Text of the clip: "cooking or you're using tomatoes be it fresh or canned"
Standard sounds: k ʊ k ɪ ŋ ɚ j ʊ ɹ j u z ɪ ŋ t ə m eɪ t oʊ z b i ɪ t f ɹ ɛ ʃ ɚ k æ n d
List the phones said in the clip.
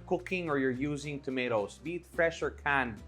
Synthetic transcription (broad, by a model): k ʊ k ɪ ŋ ɚ j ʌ ɹ j u z ɪ ŋ t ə m eɪ t oʊ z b i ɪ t f ɹ ɛ ʃ ɚ k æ n